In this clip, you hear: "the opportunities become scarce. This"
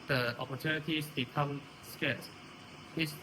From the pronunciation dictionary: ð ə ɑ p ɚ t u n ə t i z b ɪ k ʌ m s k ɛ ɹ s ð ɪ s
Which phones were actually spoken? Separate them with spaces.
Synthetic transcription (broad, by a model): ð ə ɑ p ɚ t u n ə t i s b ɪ k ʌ m s k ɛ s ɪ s